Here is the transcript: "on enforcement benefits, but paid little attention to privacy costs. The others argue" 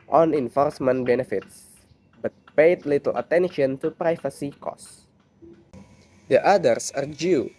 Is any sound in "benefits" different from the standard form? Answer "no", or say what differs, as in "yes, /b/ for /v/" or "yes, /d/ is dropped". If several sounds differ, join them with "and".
no